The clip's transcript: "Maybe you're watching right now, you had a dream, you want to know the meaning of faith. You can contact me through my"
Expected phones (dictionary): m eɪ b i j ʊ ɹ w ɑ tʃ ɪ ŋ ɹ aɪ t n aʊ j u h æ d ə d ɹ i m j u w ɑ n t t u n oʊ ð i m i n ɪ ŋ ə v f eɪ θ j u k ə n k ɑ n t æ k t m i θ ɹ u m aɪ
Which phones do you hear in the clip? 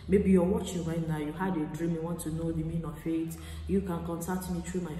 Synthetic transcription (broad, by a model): m eɪ b i j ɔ w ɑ tʃ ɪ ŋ ɹ aɪ t n aʊ j u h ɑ d ə d ɹ i m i w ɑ n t t u n oʊ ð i m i n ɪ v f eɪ t j u k ə n k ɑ n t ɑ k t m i t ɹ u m aɪ